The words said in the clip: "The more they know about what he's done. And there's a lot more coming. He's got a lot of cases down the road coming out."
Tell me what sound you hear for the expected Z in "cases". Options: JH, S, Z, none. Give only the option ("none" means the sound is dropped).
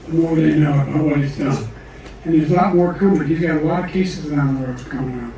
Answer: Z